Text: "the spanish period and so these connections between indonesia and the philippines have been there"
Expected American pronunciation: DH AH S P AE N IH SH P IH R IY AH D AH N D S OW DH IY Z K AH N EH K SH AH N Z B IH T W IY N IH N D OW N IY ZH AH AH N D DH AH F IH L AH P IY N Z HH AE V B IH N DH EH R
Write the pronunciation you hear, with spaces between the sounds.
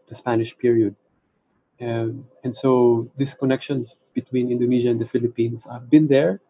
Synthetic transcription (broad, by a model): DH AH S P AE N IH SH P IH R IY AH D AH N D S OW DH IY S K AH N EH K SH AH N S B IH T W IY N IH N D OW N IY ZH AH AH N D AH F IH L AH P IY N S HH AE V B IH N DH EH R